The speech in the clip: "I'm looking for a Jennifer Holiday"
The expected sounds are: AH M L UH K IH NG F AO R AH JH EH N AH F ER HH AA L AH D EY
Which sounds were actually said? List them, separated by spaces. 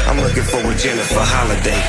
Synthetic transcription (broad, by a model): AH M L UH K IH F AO W AH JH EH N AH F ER HH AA L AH D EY